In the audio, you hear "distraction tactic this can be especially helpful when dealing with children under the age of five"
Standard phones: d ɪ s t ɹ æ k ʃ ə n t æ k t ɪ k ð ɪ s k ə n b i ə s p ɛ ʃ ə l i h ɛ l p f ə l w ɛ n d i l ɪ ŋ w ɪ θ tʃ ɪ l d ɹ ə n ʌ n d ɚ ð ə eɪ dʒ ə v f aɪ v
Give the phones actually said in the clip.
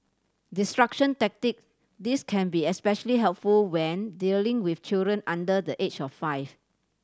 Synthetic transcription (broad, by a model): d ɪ s t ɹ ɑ k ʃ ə n t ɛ k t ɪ k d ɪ s k ə n b i ə s p ɛ ʃ ə l i h ɛ l p f ə l w ɛ n d i l ɪ ŋ w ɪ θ tʃ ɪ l d ɹ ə n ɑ n d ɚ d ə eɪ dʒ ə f aɪ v